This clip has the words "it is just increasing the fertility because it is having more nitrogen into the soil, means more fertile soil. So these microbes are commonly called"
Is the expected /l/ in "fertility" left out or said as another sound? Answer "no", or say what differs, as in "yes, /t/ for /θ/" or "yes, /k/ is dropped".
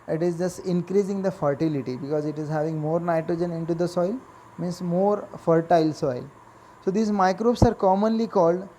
no